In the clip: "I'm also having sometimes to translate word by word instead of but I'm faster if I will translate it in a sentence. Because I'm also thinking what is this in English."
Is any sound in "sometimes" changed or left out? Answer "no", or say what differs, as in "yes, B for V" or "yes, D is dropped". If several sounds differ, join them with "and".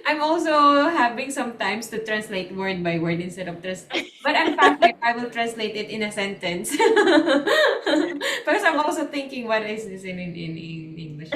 yes, S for Z